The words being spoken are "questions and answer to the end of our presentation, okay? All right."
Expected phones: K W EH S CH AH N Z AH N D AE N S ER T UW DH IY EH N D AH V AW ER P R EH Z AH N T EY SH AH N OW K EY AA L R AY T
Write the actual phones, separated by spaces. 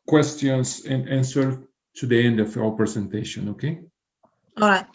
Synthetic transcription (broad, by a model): K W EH S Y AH N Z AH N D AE N S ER T UW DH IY EH N D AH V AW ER P R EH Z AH N T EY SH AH N OW K EY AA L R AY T